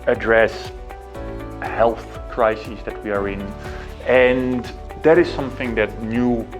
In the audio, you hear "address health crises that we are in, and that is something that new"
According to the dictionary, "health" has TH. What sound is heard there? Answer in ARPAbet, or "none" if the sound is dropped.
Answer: TH